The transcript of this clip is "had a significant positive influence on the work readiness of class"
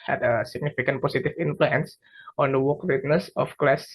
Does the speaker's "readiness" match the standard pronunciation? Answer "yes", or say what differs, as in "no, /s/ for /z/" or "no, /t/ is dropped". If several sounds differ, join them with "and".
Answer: no, /w/ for /ɹ/